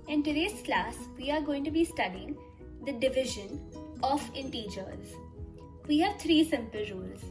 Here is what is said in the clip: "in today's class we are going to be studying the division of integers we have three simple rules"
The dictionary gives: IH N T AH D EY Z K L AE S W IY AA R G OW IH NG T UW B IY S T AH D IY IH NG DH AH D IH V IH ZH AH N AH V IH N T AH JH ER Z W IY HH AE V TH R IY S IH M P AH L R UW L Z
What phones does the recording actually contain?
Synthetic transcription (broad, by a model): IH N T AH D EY S K L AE S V IY AA R G OW IH NG T UW B IY S T AH D IY IH NG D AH D IH V IH ZH AH N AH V IH N T AH JH ER Z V IY HH AE V T R IY S IH M P AH L R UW L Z